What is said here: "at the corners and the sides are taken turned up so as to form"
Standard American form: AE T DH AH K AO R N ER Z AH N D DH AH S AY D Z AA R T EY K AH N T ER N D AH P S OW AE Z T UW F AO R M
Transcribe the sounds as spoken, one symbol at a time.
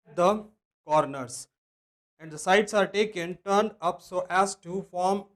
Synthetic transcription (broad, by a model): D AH K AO R N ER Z AH N D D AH S AY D S AA R T EY K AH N T ER N D AH P S OW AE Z T UW F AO R M